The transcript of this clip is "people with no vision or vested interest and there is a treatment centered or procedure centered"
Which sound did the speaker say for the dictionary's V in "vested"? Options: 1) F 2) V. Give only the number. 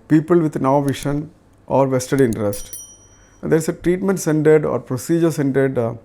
2